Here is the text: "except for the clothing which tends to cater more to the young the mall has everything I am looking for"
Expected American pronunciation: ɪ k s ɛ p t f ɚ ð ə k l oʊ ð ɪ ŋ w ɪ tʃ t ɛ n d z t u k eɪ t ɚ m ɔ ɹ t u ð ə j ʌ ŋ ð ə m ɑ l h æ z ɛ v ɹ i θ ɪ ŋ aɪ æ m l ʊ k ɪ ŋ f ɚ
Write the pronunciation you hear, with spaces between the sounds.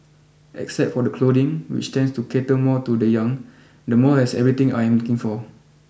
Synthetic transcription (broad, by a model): ɪ k s ɛ p t f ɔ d ə k l oʊ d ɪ ŋ w ɪ tʃ t ɛ n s t u k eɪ t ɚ m ɔ t u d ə j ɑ ŋ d ə m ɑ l h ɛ s ɛ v ɹ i t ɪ ŋ aɪ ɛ m l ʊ k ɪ ŋ f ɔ